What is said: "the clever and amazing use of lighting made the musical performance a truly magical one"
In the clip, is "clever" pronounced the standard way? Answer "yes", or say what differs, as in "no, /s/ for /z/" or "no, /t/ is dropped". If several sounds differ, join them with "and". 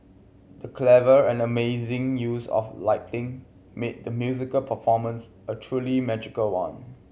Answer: yes